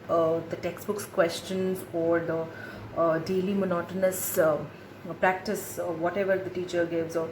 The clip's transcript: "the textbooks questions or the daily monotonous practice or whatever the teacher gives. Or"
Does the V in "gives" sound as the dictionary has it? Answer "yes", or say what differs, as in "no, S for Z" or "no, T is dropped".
yes